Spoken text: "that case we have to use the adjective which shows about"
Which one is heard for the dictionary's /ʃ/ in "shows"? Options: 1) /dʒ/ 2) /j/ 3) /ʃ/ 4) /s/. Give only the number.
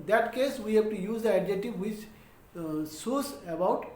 4